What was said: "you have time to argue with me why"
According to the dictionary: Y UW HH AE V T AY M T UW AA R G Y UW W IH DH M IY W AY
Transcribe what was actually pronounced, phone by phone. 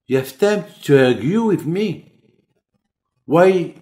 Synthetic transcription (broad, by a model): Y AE F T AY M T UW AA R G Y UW W IH DH M IY W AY